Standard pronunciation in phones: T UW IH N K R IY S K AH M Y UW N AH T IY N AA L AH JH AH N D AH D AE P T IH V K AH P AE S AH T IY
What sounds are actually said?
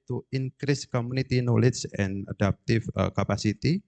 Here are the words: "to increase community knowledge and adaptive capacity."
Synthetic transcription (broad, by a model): T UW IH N K R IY S K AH M UW N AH T IY N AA L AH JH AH N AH D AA P T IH F K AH P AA S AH T IY